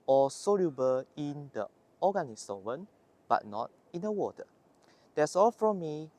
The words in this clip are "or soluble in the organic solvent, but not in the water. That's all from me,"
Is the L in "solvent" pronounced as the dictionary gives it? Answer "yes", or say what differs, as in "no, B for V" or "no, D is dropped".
no, L is dropped